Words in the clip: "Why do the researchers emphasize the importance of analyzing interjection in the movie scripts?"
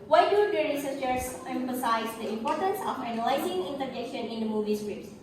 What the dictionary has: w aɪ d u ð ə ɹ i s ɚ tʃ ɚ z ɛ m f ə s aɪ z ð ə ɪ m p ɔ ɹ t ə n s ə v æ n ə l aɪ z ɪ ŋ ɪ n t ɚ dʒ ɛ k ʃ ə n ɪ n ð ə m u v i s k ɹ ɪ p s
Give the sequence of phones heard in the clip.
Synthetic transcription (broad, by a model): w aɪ d u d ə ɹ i s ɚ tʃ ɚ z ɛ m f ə s aɪ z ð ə ɪ m p ɔ ɹ t ə n s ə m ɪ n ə l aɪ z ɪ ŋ ɪ n t ɚ dʒ ɛ k ʃ ə n ɪ n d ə m u v i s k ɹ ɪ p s